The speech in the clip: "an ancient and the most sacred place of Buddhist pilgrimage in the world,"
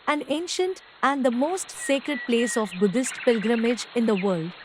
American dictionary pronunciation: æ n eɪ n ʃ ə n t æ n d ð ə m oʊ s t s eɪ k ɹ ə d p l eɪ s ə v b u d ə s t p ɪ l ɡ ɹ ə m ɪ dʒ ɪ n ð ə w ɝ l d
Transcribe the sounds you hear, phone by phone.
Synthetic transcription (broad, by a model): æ n eɪ n ʃ ə n t æ n d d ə m oʊ s t s eɪ k ɹ ə d p l eɪ s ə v b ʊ d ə s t p ɪ l ɡ ɹ ə m ɪ dʒ ɪ n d ə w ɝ l d